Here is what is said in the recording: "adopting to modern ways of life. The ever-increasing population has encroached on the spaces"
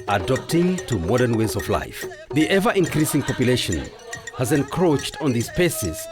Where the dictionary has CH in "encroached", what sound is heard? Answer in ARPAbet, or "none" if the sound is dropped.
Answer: CH